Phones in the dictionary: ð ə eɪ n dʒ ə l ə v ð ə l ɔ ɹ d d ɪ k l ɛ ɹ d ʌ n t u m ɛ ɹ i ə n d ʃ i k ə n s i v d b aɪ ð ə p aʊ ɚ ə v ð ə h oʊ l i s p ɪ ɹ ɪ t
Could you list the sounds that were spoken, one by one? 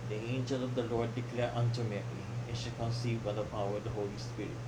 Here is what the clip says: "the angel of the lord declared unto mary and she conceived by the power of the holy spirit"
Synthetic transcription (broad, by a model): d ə eɪ n dʒ ə l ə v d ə l ɔ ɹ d d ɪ k l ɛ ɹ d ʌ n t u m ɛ l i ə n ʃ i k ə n s i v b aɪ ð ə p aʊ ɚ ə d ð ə h oʊ l i s p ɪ ɹ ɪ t